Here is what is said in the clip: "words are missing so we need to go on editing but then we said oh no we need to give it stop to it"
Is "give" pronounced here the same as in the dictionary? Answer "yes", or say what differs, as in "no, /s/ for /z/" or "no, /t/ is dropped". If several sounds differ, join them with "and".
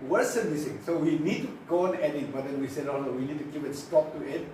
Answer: no, /p/ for /v/